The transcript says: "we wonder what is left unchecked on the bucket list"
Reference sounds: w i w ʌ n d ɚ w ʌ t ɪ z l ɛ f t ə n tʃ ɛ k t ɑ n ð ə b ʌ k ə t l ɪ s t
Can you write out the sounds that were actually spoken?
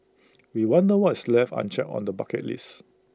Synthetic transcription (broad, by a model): w i w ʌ n d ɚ w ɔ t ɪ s l ɛ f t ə n tʃ ɛ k ɑ n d ə b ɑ k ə t l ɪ s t